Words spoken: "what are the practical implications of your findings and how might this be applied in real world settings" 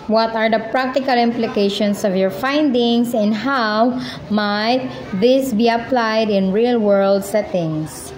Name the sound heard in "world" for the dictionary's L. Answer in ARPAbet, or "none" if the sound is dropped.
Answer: L